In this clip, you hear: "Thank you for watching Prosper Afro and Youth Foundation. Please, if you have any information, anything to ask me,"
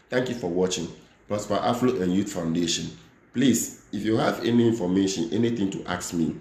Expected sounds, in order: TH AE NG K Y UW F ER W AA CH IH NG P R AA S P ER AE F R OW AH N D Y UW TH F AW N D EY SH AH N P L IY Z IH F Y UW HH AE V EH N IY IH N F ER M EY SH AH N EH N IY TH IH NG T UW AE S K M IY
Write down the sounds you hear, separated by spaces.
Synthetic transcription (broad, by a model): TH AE NG K Y UW F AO W AA CH IH NG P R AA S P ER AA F L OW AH N Y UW T F AW N D EY SH AH N P L IY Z IH F Y UW HH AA V EH N IY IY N F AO M EY SH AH N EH N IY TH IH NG T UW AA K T M IY